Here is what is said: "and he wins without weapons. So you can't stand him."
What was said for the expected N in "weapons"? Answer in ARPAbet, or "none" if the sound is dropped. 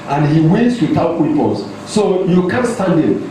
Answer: L